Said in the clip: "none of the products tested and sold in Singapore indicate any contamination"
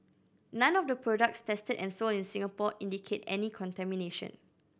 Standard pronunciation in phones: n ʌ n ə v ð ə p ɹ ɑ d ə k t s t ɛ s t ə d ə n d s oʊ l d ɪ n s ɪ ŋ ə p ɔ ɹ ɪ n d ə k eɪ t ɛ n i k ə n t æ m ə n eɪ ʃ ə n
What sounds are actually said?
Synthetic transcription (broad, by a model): n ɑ n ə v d ə p ɹ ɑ d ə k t s t ɛ s t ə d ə n s oʊ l ɪ n s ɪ ŋ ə p ɔ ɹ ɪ n d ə k eɪ t ɛ n i k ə n t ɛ m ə n eɪ ʃ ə n